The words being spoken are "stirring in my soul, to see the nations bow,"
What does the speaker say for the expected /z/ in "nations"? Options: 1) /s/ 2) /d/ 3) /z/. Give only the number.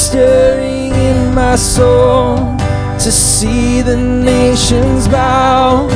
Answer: 3